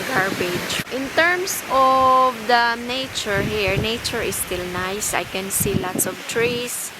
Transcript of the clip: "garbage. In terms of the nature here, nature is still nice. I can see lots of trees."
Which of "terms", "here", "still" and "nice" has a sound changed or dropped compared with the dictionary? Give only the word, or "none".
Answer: terms